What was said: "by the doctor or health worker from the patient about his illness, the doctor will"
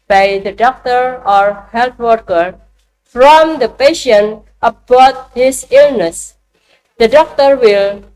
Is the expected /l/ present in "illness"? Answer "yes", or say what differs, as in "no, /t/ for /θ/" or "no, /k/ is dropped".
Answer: yes